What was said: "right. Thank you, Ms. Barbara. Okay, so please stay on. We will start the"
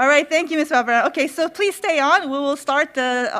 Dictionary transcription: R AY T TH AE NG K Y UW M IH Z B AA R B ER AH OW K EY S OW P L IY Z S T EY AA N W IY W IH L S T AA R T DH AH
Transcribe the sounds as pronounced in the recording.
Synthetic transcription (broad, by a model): R AY T TH AE NG K Y UW M IH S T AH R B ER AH OW K EY S OW P L IY Z S T EY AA N W IY W IH L S T AA R T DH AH